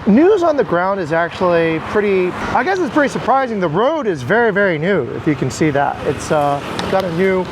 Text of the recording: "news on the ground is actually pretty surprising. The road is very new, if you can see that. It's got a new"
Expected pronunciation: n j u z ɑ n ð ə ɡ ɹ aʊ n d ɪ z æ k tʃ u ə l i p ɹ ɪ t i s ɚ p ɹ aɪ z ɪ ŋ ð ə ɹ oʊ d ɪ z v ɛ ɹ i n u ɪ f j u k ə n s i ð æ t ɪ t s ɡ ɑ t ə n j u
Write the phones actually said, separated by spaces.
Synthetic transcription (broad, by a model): n j u z n ð ə ɡ ɹ aʊ n d ɪ z æ k tʃ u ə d i p ɹ ɪ t i s ɚ p ɹ aɪ z ɪ ŋ ð ə ɹ oʊ d ɪ z v ɛ ɹ i n u ɪ f j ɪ k ə n s i ð æ t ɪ t s ɡ ɑ t ə n j u